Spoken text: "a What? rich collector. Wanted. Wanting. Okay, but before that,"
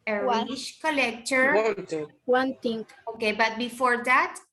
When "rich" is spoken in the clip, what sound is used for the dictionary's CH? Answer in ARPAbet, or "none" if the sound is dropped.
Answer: SH